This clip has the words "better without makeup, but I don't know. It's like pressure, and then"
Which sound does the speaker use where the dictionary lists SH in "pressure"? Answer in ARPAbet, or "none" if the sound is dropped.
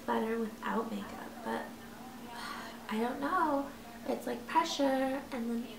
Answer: SH